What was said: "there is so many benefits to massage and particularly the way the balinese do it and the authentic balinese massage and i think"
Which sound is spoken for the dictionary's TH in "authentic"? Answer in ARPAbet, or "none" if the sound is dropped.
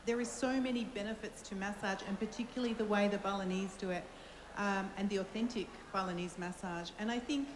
TH